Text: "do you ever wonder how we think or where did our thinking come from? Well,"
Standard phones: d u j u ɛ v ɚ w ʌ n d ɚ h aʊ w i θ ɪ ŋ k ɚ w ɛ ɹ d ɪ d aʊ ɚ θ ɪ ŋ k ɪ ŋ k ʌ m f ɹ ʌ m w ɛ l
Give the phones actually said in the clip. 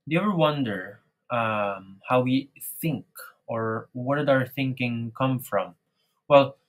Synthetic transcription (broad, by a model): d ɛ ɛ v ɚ w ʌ n d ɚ h aʊ w i θ ɪ ŋ k ɚ w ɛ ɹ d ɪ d aʊ ɚ θ ɪ ŋ k ɪ ŋ k ʌ m f ɹ ʌ m w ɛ l